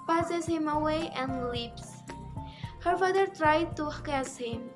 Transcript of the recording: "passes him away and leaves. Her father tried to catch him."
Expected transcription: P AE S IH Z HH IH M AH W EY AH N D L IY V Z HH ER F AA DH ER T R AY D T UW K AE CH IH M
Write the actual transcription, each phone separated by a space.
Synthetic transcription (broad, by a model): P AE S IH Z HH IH M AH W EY AH N D L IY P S HH ER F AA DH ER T R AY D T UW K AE S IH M